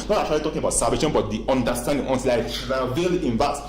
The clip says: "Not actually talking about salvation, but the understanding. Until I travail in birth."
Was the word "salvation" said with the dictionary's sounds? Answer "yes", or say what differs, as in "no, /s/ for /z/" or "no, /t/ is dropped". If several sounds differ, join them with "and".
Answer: no, /l/ is dropped